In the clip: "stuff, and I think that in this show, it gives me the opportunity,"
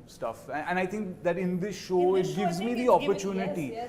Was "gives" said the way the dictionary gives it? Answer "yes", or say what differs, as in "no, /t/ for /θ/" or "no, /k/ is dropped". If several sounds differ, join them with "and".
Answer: yes